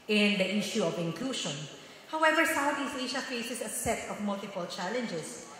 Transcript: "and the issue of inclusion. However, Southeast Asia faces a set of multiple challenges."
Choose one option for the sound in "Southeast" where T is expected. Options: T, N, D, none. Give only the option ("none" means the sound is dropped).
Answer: none